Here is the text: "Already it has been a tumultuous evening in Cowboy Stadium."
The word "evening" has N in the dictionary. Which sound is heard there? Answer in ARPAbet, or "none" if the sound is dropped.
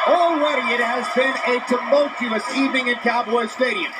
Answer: none